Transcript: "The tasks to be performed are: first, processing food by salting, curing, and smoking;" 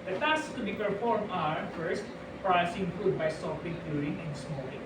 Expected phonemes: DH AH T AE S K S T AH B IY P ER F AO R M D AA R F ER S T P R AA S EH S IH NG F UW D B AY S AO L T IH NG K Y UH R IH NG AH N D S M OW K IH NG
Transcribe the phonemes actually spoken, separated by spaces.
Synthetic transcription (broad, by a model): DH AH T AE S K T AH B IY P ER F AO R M AA R F ER S T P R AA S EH IH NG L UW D B AY S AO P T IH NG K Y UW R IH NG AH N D S M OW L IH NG